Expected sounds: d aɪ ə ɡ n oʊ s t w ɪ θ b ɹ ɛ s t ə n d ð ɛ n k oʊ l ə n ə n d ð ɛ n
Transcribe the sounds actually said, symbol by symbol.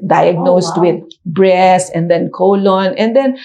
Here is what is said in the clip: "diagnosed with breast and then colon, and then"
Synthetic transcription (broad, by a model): d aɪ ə ɡ n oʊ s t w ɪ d b ɹ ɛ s ə n d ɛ n k oʊ l ə n ə n d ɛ n